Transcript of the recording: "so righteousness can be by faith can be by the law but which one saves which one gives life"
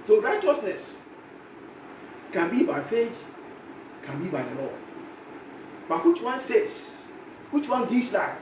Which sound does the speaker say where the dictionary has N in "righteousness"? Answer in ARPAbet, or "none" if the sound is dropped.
N